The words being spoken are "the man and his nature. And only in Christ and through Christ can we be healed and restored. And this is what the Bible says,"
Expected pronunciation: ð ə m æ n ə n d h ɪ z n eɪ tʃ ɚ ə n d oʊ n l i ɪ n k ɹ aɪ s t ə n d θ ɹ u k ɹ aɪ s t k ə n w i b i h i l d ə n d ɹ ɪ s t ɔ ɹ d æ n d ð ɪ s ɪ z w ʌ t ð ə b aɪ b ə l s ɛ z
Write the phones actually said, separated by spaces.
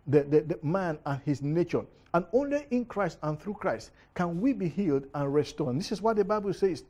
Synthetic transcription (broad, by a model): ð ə m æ n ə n h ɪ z n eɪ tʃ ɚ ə n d oʊ n l i ɪ n k ɹ aɪ s t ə n θ ɹ u k ɹ aɪ s t k ə n w i b i h i l d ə n ɹ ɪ s t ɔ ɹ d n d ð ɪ s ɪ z w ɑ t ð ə b aɪ b ə l s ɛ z